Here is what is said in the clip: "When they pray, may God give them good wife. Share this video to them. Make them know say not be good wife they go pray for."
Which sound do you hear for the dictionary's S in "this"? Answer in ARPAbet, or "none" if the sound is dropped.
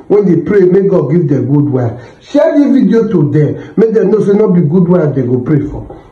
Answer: none